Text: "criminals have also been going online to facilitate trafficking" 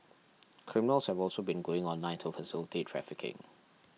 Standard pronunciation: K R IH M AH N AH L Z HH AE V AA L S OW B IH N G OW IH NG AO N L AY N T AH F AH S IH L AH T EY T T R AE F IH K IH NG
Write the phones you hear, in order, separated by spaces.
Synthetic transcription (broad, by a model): K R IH M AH N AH L S HH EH V AA L S OW B IH N G OW IH NG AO N AY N T AH F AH S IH L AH T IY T T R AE F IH K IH NG